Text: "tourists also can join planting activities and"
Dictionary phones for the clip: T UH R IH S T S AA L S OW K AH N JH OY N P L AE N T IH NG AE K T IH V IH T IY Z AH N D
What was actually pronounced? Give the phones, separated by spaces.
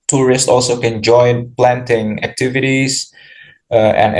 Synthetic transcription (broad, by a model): T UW R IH S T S AA L S OW K AH N JH OY N P L AE N T IH NG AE K T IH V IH T IY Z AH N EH